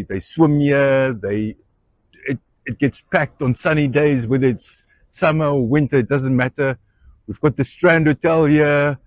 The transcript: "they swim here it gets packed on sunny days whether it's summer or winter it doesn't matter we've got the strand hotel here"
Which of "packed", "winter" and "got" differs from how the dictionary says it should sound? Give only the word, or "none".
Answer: none